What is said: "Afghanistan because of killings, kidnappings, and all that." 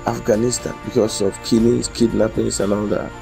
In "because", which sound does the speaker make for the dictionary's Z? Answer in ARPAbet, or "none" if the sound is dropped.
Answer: S